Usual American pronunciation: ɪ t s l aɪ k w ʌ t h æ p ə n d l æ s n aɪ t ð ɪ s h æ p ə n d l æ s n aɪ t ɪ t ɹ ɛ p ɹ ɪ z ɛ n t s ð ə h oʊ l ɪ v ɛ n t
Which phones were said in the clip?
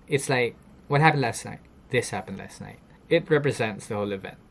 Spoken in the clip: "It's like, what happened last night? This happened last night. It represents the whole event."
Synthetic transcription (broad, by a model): ɪ t s l aɪ k w ʌ t h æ p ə n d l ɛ s n aɪ t ð ɪ s h æ p ə n d l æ s n aɪ t ɪ t ɹ ɛ p ɹ ɪ z ɛ n t s ð ə h oʊ l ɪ v ɛ n t